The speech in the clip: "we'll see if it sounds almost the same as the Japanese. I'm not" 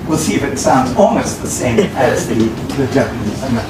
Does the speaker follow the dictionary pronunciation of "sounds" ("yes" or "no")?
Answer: yes